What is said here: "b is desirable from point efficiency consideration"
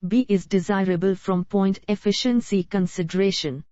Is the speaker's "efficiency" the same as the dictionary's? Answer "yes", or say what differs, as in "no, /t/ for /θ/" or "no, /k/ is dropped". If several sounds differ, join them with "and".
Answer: yes